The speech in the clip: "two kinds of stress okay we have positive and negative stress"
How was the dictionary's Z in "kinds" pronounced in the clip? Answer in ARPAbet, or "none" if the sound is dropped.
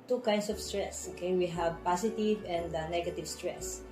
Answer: S